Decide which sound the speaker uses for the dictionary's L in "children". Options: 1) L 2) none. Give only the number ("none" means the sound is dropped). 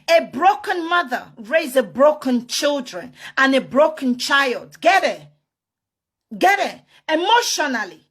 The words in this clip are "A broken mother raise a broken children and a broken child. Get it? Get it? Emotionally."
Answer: 1